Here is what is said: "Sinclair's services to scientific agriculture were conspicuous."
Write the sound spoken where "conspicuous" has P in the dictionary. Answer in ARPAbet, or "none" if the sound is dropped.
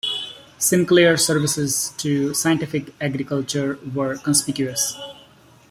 P